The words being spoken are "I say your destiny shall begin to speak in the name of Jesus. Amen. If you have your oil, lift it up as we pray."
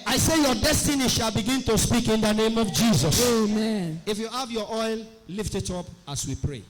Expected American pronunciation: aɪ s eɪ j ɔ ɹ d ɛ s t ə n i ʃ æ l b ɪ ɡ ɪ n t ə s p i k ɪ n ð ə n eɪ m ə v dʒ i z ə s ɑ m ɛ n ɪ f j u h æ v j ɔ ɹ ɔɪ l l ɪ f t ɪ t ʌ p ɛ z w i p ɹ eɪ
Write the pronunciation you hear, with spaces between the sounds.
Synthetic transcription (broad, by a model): aɪ s eɪ j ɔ d ɛ s t ə n i ʃ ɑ l b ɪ ɡ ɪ n t ə s p i k ɪ n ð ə n eɪ m ə v dʒ i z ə s ɑ m ɛ n ɪ f j u h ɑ v j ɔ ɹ ɔɪ l l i f t ɪ t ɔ p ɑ s w i p ɹ eɪ